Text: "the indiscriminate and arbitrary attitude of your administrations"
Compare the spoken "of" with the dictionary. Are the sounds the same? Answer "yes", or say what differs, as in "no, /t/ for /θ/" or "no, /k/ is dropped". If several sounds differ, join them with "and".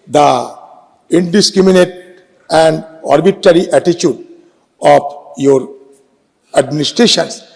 no, /p/ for /v/